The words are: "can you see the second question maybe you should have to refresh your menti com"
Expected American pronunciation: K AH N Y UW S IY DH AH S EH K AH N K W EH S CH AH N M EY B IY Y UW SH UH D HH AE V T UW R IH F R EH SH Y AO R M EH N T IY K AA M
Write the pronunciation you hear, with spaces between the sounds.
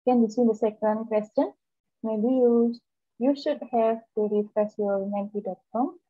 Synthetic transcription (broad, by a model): K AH N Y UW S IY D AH S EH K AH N K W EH S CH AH N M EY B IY Y UW SH UH D HH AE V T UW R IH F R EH S Y AO R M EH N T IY K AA M